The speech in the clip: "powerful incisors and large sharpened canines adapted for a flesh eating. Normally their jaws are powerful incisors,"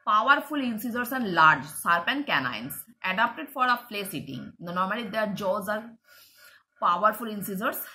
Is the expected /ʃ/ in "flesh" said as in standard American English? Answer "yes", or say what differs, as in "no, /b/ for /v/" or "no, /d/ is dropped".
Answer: no, /s/ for /ʃ/